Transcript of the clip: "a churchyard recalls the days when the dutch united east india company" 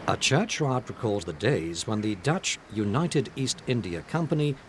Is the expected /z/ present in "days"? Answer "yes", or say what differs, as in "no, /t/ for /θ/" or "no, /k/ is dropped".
yes